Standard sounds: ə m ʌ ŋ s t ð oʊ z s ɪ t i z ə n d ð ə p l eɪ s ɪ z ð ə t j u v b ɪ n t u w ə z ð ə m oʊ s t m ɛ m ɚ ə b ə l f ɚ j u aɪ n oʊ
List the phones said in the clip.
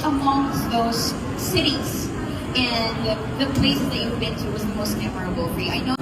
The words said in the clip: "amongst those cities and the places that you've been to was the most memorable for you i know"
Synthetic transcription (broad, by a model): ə m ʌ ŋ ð oʊ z s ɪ t i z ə n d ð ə p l eɪ ɪ s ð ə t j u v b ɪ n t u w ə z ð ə m oʊ s t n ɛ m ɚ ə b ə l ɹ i aɪ n oʊ